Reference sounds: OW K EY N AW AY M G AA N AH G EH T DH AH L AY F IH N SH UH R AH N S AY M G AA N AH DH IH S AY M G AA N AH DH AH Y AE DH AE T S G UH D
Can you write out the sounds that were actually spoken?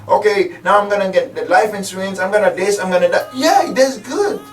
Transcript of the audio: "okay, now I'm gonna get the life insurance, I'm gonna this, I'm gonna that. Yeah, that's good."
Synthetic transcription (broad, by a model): OW K EY N AW AY M G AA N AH G EH T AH L AY F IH N S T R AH N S AY M G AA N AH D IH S AY M G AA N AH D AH Y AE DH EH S G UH D